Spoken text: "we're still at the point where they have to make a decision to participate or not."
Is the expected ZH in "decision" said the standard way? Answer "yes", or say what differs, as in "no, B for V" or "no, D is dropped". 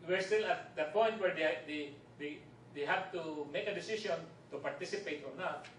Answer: no, S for ZH